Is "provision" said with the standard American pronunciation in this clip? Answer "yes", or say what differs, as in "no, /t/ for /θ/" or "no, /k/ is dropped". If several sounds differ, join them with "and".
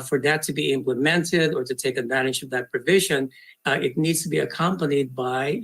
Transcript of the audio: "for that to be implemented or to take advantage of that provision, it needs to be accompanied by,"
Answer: yes